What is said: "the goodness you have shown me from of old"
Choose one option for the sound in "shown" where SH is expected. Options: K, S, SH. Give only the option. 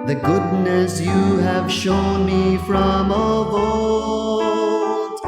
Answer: SH